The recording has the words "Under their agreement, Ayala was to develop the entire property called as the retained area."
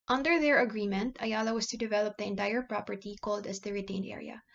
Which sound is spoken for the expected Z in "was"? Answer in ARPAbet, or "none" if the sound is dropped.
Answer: S